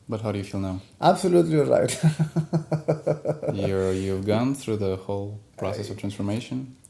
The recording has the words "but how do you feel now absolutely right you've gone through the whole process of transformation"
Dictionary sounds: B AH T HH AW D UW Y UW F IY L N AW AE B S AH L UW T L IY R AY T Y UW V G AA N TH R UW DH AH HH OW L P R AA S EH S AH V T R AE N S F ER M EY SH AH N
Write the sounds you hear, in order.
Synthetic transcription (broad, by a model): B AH T HH AW D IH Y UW F IY L N AW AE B S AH L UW T L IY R AY T Y UW V G AA N TH R UW DH AH HH OW L P R AA S EH S AH V T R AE N S F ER M EY SH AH N